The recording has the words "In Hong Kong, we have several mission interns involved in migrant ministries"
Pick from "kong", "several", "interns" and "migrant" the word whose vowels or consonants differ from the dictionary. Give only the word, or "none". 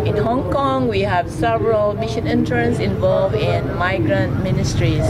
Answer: interns